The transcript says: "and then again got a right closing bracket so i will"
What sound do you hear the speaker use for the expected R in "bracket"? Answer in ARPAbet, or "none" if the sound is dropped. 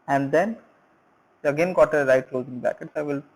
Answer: none